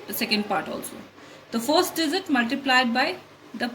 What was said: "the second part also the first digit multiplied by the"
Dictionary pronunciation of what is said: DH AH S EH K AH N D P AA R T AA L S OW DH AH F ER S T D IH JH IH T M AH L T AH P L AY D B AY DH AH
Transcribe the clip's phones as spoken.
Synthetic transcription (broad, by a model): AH S EH K AH N D P AA R T AA L S OW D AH F ER S T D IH Z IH T M AH L T AH P L AY D B AY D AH